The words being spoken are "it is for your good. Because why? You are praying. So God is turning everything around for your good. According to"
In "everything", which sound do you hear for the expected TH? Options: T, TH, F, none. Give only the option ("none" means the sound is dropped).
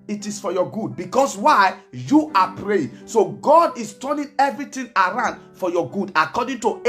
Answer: T